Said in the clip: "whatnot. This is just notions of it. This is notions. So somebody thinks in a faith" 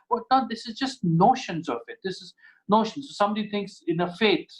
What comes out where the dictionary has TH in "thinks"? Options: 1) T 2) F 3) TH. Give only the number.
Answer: 1